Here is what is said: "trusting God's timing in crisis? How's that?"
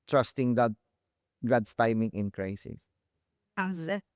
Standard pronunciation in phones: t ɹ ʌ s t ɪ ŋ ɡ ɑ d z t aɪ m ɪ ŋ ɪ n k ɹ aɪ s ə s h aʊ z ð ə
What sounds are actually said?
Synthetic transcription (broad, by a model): t ɹ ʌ s t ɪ ŋ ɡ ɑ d s t aɪ m ɪ ŋ ɪ n k ɹ aɪ s ə s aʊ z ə